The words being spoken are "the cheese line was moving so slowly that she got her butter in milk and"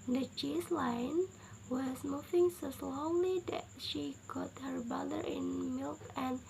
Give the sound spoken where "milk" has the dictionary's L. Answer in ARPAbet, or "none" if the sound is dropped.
L